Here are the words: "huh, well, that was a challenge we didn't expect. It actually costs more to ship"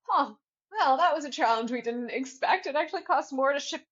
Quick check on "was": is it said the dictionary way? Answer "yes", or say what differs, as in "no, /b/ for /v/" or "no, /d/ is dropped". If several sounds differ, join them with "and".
yes